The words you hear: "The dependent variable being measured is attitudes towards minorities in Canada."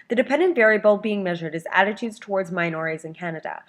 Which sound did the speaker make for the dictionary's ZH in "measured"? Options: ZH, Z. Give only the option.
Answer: ZH